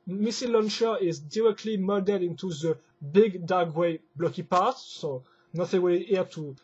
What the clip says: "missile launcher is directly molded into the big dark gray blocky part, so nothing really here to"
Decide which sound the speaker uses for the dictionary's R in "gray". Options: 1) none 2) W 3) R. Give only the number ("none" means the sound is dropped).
2